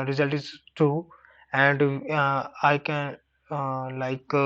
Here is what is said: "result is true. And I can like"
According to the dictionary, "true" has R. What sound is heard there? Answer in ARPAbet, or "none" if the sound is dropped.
none